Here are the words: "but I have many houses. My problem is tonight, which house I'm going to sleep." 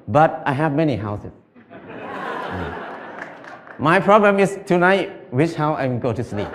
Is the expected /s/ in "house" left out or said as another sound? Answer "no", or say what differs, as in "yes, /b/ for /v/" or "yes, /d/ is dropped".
yes, /s/ is dropped